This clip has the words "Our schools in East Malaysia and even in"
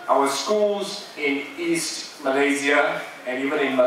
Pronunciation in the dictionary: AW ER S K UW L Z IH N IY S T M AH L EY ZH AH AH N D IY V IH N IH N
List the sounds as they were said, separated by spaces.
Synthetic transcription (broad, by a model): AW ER S K UW L Z IH N IY S T M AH L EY Z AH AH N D IY V IH N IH N